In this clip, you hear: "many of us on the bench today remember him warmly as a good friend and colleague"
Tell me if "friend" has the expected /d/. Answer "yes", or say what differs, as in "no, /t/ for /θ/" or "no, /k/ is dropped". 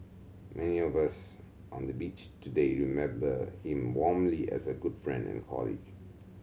yes